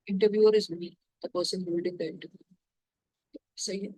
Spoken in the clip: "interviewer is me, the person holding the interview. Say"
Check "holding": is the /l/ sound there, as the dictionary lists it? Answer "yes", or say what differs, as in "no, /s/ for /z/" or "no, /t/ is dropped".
no, /l/ is dropped